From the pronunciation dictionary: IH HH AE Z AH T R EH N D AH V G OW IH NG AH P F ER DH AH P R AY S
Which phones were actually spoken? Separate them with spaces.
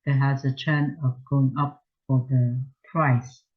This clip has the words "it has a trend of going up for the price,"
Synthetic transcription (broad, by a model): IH HH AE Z AH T EH N AH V G OW IH NG AH P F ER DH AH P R AY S